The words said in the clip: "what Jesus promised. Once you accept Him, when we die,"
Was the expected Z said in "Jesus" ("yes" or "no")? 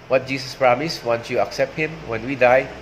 no